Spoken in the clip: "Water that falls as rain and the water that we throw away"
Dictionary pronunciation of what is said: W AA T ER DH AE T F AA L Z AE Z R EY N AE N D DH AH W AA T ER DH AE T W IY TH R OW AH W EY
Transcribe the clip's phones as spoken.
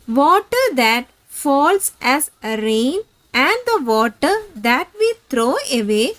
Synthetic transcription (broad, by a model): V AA T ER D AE T F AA L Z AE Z R EY N AE N D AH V AA T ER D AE T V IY T R OW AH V EY